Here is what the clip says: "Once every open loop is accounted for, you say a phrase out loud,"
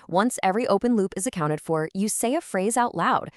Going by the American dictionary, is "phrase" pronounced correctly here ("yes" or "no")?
yes